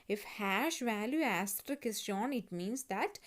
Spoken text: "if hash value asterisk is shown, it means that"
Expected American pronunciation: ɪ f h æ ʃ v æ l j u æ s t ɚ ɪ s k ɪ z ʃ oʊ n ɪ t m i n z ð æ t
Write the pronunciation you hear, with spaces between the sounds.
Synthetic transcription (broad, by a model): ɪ f h æ ʃ v æ l j u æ s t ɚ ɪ k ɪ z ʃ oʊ n ɪ t m i n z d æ t